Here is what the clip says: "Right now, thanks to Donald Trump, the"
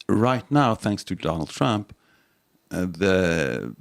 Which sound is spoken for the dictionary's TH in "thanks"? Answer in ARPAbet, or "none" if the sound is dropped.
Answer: TH